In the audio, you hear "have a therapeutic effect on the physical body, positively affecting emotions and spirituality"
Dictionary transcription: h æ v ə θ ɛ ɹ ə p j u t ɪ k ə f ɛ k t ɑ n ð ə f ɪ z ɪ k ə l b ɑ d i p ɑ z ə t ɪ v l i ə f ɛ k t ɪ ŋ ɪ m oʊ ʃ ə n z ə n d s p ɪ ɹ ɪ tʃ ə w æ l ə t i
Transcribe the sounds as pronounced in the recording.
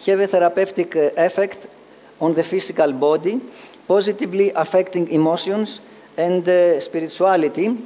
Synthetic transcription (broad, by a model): h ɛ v ə θ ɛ ɹ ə p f t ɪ k ə f ɛ k t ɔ n ð ə f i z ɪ k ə l b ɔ d i p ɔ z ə t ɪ v l i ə f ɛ k t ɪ ŋ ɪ m oʊ s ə n s ə n d s p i ɹ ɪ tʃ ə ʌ l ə t i